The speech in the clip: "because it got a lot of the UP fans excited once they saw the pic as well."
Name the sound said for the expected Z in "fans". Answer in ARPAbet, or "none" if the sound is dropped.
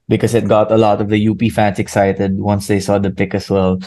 S